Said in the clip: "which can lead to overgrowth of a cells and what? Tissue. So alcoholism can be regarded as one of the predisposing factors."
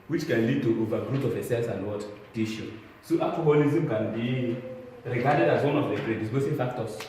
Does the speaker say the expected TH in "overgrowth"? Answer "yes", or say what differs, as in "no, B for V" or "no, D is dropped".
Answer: no, T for TH